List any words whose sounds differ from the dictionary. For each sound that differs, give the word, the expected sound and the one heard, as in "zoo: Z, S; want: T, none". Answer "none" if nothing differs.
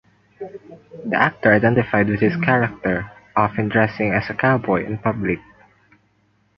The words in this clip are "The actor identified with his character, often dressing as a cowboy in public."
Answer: his: Z, S